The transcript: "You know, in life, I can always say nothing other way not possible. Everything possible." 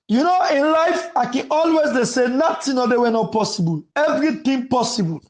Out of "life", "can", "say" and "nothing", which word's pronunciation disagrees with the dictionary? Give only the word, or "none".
nothing